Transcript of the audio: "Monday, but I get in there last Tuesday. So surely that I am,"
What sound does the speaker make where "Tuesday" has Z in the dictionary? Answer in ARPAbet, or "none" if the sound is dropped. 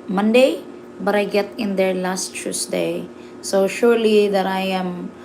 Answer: S